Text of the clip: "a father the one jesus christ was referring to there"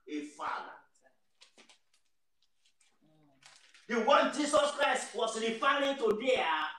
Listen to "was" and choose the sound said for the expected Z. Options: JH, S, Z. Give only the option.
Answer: S